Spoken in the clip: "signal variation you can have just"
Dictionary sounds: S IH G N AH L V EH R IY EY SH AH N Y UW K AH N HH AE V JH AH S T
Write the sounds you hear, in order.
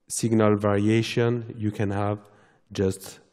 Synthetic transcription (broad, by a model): S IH G N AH L V EH R IY EY SH AH N Y UW K AH N HH AE V JH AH S T